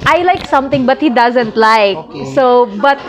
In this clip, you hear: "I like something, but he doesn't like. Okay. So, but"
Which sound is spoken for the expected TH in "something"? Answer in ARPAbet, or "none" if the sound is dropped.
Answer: T